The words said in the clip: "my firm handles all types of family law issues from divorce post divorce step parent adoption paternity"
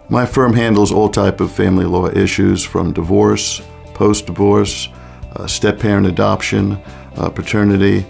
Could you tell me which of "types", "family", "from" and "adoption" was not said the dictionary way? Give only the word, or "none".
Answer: types